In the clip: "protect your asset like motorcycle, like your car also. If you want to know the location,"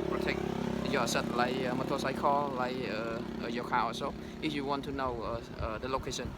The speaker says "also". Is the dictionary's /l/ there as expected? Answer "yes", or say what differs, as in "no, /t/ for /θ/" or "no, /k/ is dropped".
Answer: no, /l/ is dropped